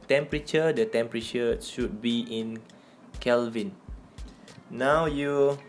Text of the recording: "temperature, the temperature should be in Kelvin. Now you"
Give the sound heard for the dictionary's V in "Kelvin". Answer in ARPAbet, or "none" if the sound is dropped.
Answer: V